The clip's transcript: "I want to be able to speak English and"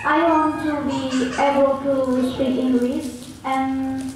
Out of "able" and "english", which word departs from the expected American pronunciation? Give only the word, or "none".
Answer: english